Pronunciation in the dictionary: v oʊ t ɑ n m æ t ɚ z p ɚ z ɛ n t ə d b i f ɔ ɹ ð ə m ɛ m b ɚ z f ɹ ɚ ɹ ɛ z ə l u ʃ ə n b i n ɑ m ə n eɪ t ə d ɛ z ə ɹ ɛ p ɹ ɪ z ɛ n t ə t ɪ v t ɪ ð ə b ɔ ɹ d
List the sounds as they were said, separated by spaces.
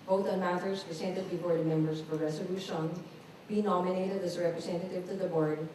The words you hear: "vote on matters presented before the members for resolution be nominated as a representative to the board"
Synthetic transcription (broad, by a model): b oʊ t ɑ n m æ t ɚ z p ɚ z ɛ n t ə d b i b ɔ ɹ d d m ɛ m b ɚ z p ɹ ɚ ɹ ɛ s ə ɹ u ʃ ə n b i n ɑ m ə n eɪ t ə d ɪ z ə ɹ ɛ p ɹ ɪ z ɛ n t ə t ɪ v t ɪ ð ə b ɔ ɹ d